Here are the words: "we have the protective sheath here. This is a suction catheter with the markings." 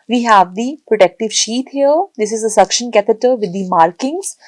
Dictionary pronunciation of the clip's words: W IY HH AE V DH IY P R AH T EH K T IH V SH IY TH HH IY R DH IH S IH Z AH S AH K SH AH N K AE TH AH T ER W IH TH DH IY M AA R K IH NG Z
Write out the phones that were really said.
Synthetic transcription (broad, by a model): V IY HH AE V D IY P R AH T EH K T IH V SH IY T HH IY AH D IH S IH Z AH S AH K SH AH N K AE T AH T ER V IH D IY M AA R K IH NG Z